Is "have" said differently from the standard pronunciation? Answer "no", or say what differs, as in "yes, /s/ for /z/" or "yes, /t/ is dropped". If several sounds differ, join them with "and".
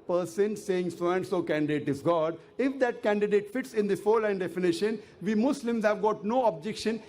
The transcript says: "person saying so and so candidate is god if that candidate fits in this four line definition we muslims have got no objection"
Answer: no